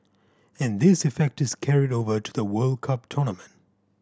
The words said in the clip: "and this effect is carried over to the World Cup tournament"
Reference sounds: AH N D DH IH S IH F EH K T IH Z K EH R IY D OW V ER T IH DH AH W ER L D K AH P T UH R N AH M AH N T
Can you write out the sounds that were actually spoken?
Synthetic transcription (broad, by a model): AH N DH IH S IH F EH K T IH Z K EH R IY D OW V ER T IH DH AH W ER L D K AH P T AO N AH M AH N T